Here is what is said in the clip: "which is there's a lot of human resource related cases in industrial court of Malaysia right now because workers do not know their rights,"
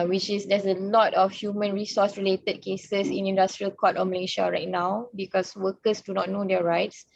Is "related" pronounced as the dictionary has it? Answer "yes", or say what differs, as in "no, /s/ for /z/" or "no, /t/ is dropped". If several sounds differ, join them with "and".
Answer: yes